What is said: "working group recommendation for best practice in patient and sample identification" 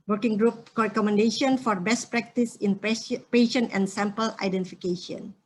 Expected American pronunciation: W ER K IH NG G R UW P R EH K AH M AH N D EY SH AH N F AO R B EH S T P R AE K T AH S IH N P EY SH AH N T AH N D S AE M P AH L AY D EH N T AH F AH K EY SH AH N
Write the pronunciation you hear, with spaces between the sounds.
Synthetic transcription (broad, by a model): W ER K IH NG G R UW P R EH K AH M AH N D EY SH AH N F AO R B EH S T P R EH K T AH S IH N P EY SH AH N AH N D S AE M P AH L AY D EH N T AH F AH K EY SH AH N